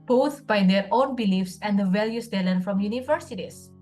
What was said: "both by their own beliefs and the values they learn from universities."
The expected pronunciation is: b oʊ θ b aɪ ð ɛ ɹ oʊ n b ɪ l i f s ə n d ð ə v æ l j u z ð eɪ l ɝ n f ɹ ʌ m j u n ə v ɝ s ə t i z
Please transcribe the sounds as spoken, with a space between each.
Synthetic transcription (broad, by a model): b oʊ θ b aɪ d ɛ ɹ oʊ n b ɪ l i f s ə n d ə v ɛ l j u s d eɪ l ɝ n f ɹ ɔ m j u n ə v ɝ s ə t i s